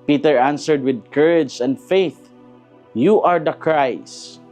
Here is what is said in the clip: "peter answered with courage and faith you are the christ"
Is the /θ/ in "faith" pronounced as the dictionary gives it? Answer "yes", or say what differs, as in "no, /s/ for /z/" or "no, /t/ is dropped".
yes